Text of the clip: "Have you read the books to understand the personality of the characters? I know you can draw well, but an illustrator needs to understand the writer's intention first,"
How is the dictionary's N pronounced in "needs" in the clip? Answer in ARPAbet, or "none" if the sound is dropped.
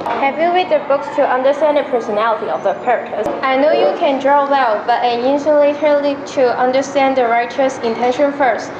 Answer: L